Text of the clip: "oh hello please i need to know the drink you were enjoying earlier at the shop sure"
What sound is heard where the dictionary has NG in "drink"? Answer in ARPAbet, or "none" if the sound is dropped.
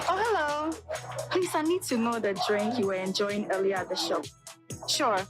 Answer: NG